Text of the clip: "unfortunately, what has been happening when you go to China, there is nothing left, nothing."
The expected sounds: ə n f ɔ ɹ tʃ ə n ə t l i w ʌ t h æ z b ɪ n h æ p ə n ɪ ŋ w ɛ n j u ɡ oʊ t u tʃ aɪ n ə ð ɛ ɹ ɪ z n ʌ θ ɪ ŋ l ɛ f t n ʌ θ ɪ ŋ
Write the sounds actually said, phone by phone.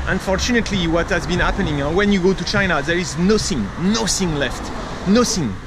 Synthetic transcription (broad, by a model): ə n f ɔ ɹ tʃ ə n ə t l i w ʌ t h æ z b ɪ n h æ p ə n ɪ ŋ w ɛ n j u ɡ oʊ t u tʃ aɪ n ə ð ɛ ɹ ɪ z n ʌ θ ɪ ŋ l ɛ f t n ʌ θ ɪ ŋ